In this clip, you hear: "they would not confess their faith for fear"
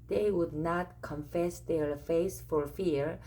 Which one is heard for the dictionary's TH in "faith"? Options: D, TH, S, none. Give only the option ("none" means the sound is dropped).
S